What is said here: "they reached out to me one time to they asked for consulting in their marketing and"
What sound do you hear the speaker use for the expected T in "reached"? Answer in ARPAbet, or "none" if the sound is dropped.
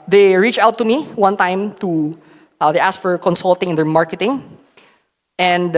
none